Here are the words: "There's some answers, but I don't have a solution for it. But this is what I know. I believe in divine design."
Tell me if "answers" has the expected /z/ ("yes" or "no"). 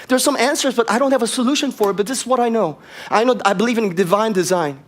yes